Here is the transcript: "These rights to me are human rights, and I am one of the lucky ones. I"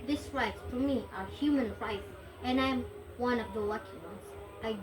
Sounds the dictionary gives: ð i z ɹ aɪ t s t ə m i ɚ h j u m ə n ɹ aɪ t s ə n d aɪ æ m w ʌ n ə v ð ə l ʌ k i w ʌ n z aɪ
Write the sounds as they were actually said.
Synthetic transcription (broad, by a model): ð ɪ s ɹ aɪ t s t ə m i ɚ h j u m ə n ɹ aɪ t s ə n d aɪ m w ʌ n ə v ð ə w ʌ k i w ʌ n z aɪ